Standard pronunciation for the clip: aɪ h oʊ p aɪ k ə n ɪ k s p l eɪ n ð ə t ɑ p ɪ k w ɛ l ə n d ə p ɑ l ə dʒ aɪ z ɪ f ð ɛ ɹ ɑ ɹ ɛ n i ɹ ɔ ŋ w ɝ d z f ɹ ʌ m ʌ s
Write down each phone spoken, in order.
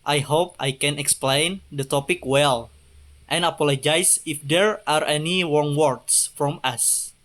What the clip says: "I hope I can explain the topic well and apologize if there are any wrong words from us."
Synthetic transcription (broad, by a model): aɪ h oʊ p aɪ k ə n ɪ k s p l eɪ n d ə t ɑ p ɪ k w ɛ l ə n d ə p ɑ l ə dʒ aɪ s ɪ f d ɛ ɹ ɑ ɹ ɛ n i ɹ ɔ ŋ w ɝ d s f ɹ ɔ m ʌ s